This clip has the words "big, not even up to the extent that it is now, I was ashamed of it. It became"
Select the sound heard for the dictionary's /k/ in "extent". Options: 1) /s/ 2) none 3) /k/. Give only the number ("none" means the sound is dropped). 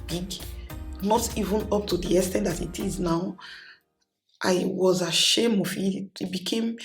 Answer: 2